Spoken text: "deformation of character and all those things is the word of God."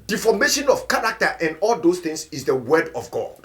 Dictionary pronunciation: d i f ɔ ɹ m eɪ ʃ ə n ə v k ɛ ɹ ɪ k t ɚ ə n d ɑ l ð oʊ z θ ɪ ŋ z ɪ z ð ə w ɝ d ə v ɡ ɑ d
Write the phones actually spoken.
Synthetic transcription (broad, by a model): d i f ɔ m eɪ ʃ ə n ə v k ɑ ɹ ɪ k t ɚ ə n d ɑ l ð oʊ s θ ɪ ŋ s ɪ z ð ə w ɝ d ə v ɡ ɑ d